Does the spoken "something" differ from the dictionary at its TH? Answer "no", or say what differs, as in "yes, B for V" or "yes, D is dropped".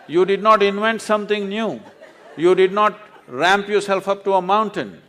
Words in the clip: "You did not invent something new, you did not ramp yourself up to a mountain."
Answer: yes, T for TH